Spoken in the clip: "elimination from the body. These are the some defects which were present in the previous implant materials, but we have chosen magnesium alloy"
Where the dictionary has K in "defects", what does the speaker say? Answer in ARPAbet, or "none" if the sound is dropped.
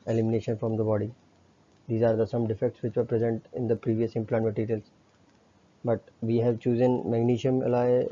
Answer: K